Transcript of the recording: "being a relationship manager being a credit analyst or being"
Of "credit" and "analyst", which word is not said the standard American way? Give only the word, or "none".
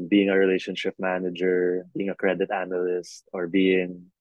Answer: none